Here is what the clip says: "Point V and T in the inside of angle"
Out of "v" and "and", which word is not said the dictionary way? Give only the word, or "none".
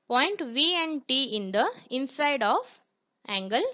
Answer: none